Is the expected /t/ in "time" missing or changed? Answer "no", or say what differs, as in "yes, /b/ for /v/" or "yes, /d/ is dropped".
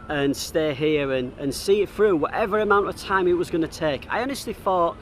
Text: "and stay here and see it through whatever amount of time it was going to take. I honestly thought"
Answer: no